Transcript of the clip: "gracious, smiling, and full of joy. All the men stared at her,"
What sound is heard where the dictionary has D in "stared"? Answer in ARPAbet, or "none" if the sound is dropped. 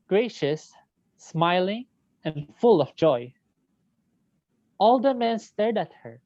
D